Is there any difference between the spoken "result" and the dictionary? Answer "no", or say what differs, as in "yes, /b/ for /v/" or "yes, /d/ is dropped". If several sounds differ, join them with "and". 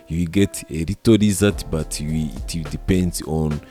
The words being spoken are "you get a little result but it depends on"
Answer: yes, /l/ is dropped